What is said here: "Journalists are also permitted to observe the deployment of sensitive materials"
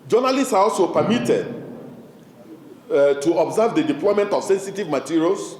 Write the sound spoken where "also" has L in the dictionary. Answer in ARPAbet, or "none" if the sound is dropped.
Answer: L